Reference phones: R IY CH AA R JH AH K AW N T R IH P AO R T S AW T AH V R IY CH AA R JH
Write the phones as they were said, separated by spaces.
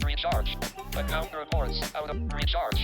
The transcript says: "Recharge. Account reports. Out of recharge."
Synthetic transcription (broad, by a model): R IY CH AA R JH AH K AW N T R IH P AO R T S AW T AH W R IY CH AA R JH